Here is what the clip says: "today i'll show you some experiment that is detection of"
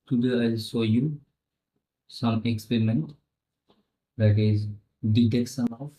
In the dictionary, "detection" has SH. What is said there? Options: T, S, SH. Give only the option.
S